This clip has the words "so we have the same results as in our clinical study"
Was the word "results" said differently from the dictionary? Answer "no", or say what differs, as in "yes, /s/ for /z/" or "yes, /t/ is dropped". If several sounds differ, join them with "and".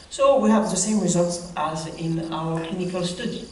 no